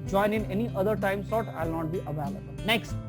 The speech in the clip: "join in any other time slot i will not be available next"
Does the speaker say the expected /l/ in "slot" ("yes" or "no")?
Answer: no